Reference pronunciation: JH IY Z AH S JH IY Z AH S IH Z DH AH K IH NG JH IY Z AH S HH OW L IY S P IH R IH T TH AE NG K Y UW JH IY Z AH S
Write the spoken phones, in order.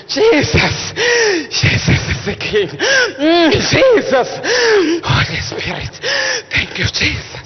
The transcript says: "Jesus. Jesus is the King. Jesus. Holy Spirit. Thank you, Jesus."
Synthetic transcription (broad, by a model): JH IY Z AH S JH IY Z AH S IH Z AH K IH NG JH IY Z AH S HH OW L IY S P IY IH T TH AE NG K Y UW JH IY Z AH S